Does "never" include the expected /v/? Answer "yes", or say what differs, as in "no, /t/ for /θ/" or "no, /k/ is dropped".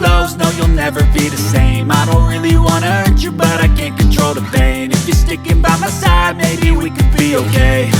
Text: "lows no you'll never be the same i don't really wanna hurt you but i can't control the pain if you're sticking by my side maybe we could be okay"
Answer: yes